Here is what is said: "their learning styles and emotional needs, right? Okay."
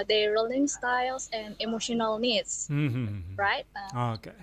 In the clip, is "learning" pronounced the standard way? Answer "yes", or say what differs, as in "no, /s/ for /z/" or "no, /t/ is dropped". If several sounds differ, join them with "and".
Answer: no, /l/ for /n/